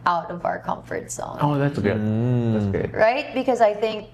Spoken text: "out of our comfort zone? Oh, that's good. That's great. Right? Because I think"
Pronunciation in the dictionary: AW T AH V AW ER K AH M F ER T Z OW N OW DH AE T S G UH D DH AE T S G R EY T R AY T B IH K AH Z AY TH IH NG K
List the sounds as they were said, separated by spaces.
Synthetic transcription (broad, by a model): AW T AH V AW ER K AH M F ER T S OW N OW DH AE T S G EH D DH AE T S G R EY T R AY T B IH K AH Z AY TH IH NG K